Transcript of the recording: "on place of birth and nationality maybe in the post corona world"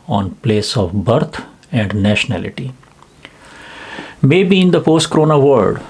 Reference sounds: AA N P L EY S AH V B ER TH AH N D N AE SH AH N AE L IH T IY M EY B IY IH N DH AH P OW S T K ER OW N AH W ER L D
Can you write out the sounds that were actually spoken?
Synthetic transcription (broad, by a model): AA N P L EY S AH V B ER T AH N D N AE SH AH N AE L IH T IY M EY B IY IH N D AH P OW S T K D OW N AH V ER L D